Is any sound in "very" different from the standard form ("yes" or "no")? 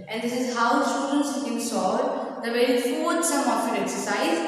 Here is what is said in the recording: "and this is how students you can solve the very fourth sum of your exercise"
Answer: yes